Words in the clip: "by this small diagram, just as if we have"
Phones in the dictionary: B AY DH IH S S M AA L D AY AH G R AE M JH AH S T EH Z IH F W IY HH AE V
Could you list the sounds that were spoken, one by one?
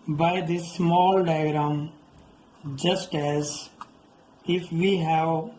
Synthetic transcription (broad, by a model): B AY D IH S S M AA L D AY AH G R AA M JH AH S T EH Z IH F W IY HH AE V